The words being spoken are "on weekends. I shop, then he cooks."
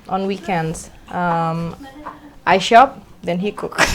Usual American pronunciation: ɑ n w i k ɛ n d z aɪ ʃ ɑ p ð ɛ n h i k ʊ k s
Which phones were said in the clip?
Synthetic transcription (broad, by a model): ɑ n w i k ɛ n d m aɪ ʃ ɑ p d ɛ n h i k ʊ k